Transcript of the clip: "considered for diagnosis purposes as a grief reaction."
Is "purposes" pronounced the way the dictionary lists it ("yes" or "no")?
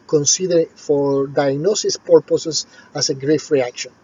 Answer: no